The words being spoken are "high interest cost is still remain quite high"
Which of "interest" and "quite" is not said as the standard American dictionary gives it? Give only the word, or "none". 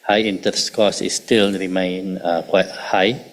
interest